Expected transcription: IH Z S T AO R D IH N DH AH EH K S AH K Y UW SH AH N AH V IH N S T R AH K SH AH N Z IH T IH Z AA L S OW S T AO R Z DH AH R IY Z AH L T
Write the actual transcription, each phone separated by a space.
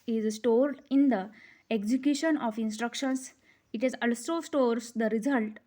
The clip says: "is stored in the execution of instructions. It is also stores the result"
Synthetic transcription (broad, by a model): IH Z S T AO R D IH N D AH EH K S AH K Y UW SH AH N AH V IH N S T R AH K SH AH N S IH T IH Z AA L S OW S T AO R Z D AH R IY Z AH L T